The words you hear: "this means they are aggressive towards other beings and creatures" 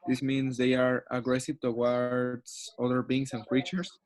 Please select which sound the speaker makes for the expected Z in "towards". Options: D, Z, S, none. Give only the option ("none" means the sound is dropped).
S